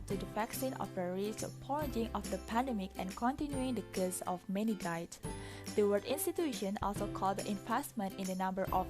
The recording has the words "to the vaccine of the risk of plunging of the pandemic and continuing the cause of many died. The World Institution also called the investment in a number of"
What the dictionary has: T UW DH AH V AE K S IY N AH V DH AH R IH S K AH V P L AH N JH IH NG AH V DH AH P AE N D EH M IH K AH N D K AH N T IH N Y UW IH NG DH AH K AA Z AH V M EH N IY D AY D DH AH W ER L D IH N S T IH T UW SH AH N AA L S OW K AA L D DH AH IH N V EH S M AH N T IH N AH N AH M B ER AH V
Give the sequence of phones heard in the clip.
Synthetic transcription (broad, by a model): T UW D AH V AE K S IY N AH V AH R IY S AH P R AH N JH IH NG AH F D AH P AE N D EH M IH K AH N K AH N T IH N Y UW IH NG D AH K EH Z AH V M EH N IY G AY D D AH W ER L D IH N S T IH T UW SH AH N AA L S OW K AA L D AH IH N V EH S M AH N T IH N AH N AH M B ER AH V